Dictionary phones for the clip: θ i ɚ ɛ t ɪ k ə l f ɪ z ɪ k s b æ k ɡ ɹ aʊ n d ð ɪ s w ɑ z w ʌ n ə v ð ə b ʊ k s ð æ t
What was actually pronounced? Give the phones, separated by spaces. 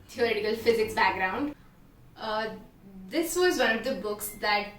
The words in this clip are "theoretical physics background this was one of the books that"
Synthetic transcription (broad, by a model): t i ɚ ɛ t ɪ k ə l f ɪ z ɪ k b æ k ɡ ɹ aʊ n d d ɪ s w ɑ z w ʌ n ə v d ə b ʊ k s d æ t